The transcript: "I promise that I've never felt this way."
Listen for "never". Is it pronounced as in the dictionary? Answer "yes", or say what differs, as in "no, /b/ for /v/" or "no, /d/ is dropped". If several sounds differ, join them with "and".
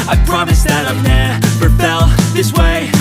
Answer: no, /f/ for /v/